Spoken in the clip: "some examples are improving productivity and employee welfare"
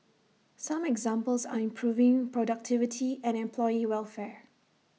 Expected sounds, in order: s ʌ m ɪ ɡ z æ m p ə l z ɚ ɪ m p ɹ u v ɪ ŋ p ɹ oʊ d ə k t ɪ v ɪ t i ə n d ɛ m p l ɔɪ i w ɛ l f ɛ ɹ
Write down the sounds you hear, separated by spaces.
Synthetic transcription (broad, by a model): s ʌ m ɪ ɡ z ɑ m p ə l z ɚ ɪ m p ɹ u v ɪ ŋ p ɹ oʊ d ə k t ɪ v ɪ t i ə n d ɛ m p l ɔɪ i w ɛ l f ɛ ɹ